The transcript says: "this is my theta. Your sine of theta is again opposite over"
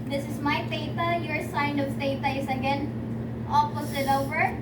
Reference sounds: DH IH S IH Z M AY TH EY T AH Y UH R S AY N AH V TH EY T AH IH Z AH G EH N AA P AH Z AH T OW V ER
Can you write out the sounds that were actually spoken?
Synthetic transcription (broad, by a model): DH IH S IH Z M AY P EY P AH Y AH R S AY N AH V T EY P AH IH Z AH G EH N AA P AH S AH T OW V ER